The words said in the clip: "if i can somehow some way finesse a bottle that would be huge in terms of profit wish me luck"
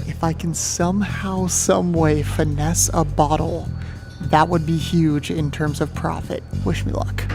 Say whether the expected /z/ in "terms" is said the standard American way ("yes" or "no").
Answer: yes